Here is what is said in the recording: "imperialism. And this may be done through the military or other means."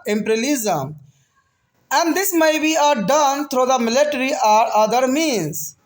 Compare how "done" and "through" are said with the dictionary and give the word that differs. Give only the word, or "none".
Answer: through